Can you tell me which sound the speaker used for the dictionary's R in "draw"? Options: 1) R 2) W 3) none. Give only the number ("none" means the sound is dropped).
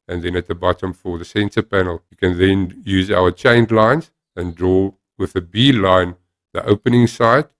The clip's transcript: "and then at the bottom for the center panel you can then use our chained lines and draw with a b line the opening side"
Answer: 1